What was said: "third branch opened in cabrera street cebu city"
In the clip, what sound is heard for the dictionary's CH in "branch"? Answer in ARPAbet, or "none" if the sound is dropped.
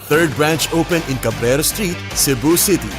CH